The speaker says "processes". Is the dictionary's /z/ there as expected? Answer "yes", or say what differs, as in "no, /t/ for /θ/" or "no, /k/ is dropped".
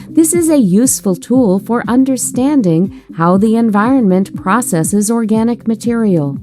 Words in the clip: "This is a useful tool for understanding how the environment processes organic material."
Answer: yes